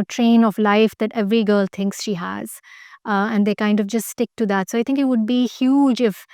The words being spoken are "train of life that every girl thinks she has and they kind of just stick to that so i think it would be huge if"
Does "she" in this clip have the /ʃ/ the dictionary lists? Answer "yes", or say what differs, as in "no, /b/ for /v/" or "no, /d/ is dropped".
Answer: yes